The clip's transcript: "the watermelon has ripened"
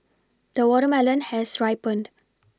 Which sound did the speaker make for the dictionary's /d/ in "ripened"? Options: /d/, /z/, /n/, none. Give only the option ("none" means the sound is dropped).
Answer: /d/